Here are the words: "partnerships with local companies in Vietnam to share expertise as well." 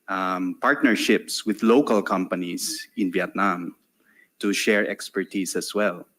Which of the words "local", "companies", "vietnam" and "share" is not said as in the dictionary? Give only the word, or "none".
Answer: companies